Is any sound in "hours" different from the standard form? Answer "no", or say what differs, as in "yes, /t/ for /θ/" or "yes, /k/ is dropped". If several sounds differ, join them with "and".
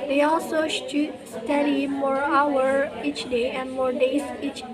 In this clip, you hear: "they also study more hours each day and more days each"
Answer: yes, /z/ is dropped